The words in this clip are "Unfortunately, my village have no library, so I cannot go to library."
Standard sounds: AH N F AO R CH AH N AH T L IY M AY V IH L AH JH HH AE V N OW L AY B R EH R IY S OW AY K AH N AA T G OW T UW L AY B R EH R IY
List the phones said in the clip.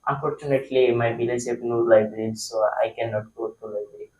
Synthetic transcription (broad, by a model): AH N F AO R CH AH N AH T L IY M AY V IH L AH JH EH P N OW L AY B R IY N S OW AY K AH N AA T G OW T UW L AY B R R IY